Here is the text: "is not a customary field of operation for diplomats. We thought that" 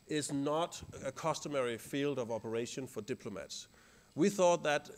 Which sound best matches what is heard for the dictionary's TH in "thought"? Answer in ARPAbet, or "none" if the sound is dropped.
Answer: TH